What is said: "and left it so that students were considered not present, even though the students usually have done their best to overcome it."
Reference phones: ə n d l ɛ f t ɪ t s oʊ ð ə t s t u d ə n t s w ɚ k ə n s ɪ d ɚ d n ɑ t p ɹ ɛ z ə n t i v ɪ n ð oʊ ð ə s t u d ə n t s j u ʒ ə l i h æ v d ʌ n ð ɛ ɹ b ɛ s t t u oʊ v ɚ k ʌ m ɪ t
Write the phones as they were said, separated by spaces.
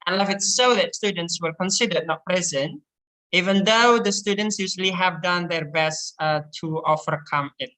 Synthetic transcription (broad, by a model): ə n l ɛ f ɪ t s oʊ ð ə t s t u d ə n t s w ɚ k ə n s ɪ d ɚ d n ɑ t p ɹ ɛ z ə n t i v ɪ n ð oʊ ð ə s t u d ə n t s j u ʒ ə l i h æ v d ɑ n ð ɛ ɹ b ɛ s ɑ t u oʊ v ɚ k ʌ m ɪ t